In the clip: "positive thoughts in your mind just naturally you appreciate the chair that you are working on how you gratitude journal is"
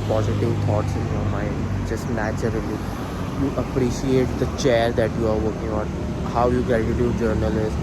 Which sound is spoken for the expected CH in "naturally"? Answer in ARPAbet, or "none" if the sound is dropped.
CH